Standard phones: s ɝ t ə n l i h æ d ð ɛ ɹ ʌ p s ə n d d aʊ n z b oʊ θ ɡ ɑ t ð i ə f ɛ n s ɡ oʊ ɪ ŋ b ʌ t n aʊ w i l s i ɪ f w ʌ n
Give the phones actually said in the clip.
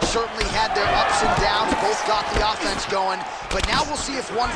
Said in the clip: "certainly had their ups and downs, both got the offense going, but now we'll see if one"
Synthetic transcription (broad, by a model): s ɝ t n l i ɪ d ð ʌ ɹ ʌ p s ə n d d aʊ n b oʊ θ ɡ ɑ t ð i ə f ɛ n s ɡ oʊ ɪ ŋ b ʌ t n aʊ w i l s i ɪ f w ʌ n